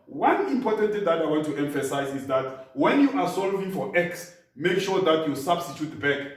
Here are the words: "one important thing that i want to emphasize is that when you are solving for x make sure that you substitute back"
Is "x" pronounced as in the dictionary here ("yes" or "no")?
yes